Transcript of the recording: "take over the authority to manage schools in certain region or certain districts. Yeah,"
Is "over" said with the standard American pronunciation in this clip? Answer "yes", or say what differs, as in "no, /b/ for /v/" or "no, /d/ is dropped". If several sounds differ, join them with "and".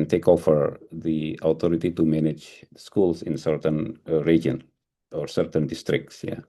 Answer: no, /f/ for /v/